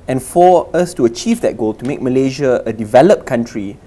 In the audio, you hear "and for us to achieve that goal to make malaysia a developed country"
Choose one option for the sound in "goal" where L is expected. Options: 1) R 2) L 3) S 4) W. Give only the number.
2